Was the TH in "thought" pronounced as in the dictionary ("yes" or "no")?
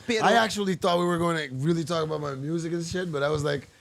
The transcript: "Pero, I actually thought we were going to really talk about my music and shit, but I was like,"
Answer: yes